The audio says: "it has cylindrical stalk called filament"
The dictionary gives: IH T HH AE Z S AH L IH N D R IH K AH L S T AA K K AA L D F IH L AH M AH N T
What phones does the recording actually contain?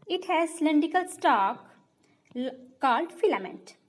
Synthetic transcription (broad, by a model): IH T HH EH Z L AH N D IH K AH L S T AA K K AA L D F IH L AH M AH N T